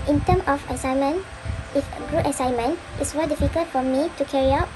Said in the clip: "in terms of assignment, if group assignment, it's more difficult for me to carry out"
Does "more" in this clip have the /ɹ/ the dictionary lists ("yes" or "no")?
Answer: no